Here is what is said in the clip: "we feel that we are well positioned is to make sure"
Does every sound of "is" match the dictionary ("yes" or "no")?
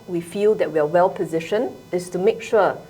no